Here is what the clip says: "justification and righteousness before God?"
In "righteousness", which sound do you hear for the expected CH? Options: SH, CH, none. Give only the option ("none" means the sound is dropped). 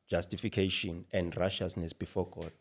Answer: SH